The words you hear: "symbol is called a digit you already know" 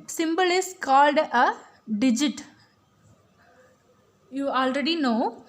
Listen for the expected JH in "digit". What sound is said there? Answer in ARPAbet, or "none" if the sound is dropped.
JH